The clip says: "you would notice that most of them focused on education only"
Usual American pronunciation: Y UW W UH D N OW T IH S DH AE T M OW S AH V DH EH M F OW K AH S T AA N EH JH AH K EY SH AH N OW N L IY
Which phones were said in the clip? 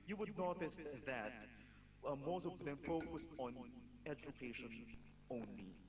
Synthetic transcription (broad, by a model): Y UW W UH D N OW T IH S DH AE T M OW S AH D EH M F OW K AH S T AA N EH JH AH K EY SH AH N OW N L IY